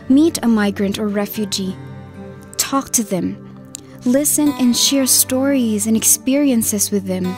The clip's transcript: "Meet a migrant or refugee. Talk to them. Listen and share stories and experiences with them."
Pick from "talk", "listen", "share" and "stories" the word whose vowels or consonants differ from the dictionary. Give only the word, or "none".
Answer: none